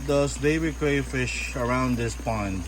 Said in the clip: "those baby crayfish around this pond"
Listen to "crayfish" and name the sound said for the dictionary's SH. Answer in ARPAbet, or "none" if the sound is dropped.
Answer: SH